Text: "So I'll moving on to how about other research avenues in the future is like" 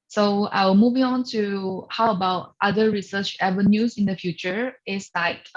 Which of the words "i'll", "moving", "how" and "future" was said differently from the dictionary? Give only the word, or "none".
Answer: i'll